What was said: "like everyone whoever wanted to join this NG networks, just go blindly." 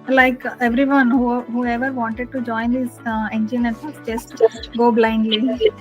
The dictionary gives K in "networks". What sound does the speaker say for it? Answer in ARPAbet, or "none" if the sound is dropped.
none